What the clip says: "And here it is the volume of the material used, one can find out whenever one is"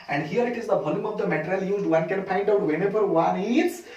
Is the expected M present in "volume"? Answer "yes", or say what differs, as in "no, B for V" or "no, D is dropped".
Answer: yes